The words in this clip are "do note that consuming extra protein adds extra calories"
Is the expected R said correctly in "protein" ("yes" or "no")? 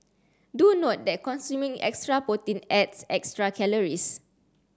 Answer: no